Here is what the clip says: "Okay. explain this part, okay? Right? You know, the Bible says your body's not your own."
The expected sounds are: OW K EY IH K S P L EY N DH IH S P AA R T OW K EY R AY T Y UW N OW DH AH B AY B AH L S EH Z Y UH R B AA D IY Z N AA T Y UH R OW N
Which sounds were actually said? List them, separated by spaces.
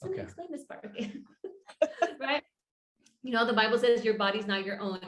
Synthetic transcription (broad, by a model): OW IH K S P L EY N DH IH S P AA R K R AY T Y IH N OW DH AH B AY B L S EH Z Y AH R B AA D IY Z N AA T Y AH R OW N